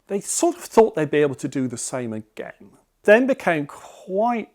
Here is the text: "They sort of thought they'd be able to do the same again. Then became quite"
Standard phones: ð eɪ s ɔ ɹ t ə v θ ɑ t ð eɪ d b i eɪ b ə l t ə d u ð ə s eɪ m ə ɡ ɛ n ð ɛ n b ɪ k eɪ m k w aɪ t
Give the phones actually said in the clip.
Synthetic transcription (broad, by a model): ð eɪ s ɔ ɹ t ə v θ ɑ t ð eɪ d b i eɪ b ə l t ə d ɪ ð ə s eɪ m ə ɡ ɛ n ð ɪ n b ɪ k eɪ m k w aɪ t